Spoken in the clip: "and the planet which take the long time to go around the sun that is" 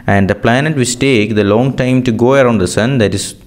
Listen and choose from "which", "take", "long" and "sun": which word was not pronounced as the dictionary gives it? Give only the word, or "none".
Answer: which